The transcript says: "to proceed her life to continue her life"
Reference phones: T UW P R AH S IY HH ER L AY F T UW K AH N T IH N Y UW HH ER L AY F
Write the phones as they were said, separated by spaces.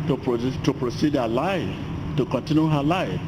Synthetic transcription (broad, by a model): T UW P R AH S IY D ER L AY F T UW K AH N T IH N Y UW HH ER L AY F